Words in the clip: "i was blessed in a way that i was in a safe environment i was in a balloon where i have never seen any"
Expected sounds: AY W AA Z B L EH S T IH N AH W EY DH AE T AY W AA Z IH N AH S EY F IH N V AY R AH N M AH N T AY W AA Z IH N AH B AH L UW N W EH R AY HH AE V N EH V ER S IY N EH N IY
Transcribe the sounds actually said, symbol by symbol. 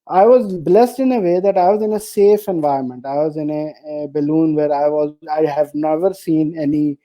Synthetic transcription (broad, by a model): AY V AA Z B L EH S T IH N AH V EY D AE T AY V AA Z IH N AH S EY F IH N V AY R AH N M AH N T AY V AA Z IH N AH B AH L UW N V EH R AY HH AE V N EH V ER S IY N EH N IY